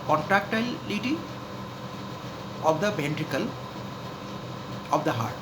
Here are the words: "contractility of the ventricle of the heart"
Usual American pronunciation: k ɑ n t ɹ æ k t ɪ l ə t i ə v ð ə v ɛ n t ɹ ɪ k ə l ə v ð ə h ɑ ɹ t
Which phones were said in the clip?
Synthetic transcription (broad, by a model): k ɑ n t ɹ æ k t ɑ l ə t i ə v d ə b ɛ n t ɹ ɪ k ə l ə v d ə h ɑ ɹ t